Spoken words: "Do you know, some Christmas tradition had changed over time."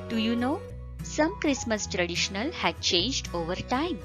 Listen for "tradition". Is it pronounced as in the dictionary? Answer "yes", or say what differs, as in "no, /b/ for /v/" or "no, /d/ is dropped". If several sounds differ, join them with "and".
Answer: no, /l/ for /n/